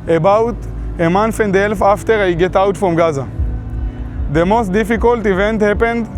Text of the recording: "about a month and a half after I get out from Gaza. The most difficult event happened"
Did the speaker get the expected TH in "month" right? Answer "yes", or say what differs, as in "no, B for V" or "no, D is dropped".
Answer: no, F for TH